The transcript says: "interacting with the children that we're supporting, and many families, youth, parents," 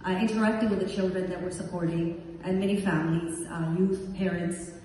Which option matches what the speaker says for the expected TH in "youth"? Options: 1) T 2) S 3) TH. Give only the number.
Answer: 3